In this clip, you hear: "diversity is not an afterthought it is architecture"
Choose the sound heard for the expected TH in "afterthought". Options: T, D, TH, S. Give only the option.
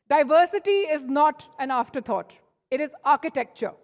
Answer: T